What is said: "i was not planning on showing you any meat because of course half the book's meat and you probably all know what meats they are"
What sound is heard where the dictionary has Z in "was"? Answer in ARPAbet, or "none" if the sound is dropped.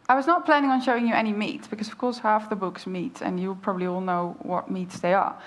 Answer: Z